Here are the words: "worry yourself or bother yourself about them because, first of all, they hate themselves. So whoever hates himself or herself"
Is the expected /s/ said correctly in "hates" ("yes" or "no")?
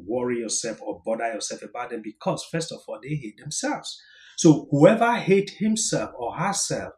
no